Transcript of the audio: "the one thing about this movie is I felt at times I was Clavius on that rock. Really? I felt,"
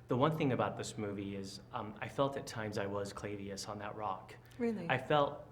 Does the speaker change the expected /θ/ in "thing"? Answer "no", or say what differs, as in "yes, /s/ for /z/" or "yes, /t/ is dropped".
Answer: no